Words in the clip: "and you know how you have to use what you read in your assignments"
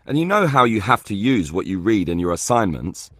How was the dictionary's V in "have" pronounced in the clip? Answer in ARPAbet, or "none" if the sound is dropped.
F